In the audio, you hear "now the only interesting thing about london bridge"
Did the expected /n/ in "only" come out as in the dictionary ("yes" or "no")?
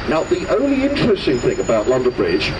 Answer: yes